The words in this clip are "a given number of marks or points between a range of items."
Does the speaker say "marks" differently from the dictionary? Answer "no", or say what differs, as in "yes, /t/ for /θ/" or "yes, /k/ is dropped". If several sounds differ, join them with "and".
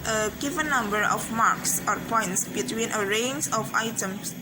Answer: no